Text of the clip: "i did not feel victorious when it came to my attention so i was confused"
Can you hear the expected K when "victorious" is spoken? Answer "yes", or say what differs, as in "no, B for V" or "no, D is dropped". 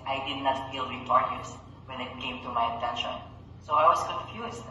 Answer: no, K is dropped